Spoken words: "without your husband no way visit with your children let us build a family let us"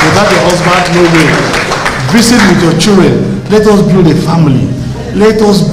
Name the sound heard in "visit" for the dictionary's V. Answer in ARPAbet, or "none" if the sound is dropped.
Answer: B